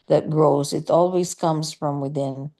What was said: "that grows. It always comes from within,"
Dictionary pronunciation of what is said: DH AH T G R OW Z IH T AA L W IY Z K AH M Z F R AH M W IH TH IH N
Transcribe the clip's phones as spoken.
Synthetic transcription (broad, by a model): DH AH T G R OW Z IH T AA L W IY Z K AH M Z F R AH M W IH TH IH N